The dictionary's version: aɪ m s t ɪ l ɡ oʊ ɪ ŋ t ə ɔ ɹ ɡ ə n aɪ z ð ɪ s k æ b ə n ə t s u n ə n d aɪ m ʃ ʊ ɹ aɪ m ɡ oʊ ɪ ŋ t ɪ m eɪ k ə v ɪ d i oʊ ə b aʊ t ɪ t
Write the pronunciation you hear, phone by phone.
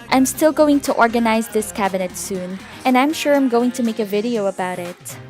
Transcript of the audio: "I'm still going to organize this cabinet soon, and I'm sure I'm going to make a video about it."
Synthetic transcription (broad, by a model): aɪ m s t ɪ l ɡ oʊ ɪ ŋ t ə ɔ ɹ ɡ ə n aɪ z ð ɪ s k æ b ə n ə t s u n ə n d aɪ m ʃ ʊ ɹ aɪ m ɡ oʊ ɪ ŋ t ɪ m eɪ k ə v ɪ d i oʊ ə b aʊ t ɪ t